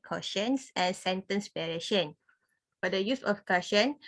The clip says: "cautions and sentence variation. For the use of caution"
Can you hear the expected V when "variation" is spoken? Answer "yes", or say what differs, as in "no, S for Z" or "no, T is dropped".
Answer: no, P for V